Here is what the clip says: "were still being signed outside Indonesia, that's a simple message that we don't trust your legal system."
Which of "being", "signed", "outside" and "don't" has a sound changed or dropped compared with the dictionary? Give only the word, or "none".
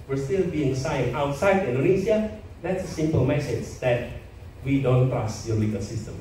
signed